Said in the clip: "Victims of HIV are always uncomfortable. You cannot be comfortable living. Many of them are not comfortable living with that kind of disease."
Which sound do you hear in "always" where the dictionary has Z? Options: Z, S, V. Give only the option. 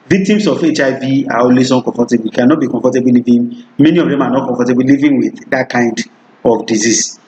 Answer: S